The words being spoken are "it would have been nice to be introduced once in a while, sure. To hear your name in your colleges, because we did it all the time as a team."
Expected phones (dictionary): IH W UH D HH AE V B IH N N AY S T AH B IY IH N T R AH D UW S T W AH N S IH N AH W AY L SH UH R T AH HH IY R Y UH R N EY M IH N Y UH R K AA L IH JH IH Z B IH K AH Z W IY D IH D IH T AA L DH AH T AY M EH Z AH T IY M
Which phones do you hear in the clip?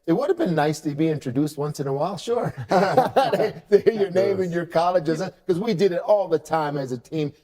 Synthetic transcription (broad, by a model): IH W UH D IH V B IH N N AY S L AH B IY IH N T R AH D UW S T W AH N S IH N AH W AY L SH UH R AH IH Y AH R N EY M IH N Y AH R K AA L IH JH IH Z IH K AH Z W IY D IH D IH T AA L DH AH T AY M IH Z AH T IY M